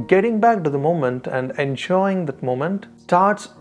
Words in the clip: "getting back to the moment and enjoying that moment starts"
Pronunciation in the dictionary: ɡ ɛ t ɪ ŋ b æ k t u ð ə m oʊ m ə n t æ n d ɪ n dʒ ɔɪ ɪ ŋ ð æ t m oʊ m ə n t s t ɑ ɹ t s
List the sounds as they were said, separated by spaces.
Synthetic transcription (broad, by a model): ɡ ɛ t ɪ ŋ b æ k t u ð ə m oʊ m ə n t æ n d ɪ n ʃ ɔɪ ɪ ŋ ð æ t m oʊ m ə n t s t ɑ ɹ t s